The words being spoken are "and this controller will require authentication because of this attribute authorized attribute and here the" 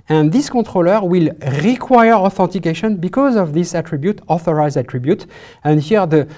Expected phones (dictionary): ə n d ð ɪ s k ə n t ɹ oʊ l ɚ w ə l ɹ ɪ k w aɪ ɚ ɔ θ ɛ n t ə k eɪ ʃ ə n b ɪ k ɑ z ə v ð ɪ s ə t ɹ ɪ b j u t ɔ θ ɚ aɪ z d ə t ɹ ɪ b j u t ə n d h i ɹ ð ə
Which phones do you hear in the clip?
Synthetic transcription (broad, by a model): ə n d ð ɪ s k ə t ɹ oʊ l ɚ w ə l ɹ ɪ k w aɪ ɚ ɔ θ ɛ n t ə k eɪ ʃ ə n b ɪ k ɑ z ə v ð ɪ s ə t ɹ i b j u t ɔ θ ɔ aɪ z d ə t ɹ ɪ b j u t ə n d h i ɹ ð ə